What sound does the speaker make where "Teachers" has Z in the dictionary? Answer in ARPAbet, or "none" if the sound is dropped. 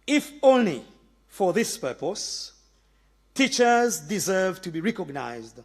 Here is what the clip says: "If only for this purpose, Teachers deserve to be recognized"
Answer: Z